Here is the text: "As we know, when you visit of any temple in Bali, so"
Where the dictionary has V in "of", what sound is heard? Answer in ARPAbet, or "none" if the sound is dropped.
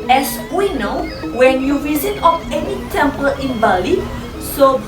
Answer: P